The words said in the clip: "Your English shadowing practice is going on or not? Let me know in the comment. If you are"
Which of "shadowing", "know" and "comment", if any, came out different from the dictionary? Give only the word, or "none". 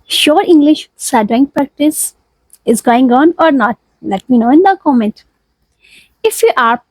shadowing